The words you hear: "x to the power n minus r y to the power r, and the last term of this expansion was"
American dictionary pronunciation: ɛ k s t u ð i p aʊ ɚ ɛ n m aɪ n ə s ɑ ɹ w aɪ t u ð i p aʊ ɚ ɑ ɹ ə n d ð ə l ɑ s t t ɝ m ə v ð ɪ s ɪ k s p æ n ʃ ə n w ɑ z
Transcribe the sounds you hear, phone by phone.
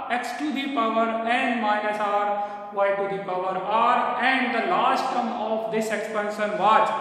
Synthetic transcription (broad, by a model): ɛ k s t u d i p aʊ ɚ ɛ n m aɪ ə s ɑ ɹ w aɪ t u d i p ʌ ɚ ɑ ɹ ə n d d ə l ɑ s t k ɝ m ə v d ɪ s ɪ k s p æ n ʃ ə n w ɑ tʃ